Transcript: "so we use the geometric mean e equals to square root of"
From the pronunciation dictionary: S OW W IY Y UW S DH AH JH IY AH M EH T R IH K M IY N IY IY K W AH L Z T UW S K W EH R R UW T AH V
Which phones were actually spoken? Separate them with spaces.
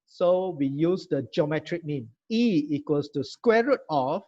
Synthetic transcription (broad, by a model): S OW W IY Y UW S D AH JH IY AH M EH T R IH K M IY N IY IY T W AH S T UW S K W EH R R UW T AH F